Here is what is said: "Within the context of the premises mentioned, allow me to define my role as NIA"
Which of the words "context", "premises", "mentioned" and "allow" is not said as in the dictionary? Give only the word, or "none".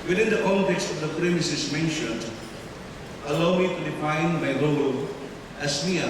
premises